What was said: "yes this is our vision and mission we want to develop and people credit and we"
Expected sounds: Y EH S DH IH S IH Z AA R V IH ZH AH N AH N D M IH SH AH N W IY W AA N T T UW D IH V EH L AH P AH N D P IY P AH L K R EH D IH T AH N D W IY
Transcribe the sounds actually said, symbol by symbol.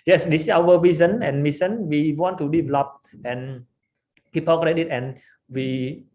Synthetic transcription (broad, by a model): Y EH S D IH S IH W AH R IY Z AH N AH N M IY S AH N W IY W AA N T T UW D IH V EH L AH P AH N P IY P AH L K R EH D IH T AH N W IY